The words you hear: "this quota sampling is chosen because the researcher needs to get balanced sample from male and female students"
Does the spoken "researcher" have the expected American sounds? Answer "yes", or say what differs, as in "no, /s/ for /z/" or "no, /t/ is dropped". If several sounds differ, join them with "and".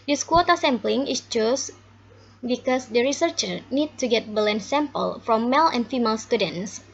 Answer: yes